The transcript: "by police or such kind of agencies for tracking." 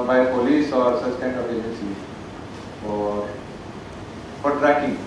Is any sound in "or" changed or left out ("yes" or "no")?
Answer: no